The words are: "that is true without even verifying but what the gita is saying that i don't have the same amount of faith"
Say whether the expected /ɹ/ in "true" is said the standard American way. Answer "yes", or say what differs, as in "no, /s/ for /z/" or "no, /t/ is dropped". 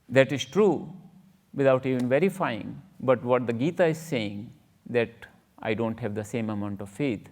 yes